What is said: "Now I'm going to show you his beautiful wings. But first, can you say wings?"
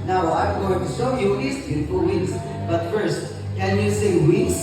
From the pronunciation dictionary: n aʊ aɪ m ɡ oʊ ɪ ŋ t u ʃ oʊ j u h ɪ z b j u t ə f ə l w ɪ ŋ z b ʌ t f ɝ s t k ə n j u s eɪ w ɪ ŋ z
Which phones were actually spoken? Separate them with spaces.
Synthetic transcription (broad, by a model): n aʊ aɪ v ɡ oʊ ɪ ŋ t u s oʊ j u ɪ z b j u t ə f ə l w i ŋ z b ʌ t f ɝ s t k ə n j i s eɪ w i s